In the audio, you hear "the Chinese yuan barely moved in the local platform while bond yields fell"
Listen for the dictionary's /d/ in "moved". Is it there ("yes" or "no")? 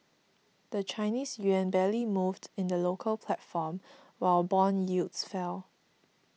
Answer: yes